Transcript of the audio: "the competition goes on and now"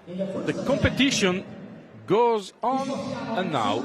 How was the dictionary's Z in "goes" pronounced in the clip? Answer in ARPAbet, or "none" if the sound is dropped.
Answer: Z